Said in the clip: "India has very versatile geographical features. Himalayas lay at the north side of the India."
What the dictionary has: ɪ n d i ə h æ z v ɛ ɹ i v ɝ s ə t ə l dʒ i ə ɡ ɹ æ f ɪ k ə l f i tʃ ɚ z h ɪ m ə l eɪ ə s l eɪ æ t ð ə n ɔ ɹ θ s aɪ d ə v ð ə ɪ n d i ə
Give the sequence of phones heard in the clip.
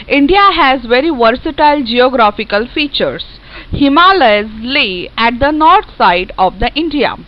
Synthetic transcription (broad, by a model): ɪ n d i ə h æ z v ɛ ɹ i v ɝ s ə t ə l dʒ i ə ɡ ɹ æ f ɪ k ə l f i tʃ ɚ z h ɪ m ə l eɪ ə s l eɪ æ t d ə n ɔ ɹ t s aɪ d ə v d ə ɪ n d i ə